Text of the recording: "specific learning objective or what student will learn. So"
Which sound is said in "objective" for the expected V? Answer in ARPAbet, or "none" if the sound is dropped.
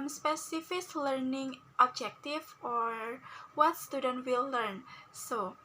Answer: F